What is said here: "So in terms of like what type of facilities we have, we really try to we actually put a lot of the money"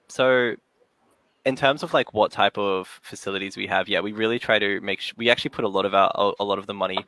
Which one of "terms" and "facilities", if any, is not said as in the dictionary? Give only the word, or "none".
none